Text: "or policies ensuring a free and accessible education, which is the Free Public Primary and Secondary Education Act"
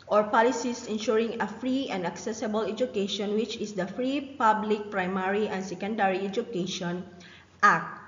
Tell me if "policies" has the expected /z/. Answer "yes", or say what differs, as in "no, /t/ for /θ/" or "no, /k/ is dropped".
no, /s/ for /z/